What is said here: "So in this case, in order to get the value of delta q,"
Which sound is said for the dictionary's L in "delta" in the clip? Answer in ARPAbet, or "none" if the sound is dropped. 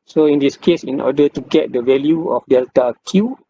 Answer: L